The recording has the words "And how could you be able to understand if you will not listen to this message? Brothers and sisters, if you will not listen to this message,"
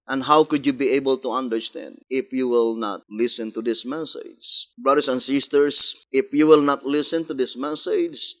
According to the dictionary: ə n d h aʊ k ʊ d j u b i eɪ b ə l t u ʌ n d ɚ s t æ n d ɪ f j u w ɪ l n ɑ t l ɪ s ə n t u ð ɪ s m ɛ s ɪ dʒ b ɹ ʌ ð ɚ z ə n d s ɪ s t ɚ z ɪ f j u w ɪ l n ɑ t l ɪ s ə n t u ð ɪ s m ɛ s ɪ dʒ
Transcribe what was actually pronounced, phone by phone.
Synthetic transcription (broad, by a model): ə n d h aʊ k ʊ d j u b i eɪ b ə l t u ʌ n d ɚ s t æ n d ɪ f j u w ɪ l n ɑ t l ɪ s ə n t u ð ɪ s m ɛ s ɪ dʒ b ɹ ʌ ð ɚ s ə n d s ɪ s t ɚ s ɪ f j u w ɪ l n ɑ t l ɪ s ə n t u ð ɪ s m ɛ s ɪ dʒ